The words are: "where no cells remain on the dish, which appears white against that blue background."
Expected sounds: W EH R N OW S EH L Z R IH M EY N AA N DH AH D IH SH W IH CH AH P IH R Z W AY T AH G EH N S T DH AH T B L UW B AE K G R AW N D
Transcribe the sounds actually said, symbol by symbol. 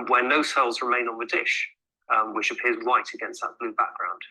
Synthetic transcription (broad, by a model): W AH N OW S EH L Z R IH M EY N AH N DH AH D IH SH W IH CH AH P IH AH Z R AY T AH G EH N S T DH AH T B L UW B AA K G R AW N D